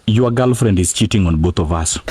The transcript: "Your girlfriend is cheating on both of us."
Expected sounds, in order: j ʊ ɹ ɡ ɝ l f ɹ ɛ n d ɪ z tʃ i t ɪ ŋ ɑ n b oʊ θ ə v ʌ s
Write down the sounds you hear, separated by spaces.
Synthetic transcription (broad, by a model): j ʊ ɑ ɡ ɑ l f ɹ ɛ n d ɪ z tʃ i t ɪ ŋ ɑ n b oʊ t ə v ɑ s